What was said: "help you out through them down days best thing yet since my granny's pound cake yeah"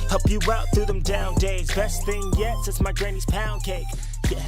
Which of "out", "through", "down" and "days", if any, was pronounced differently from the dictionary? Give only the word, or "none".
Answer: none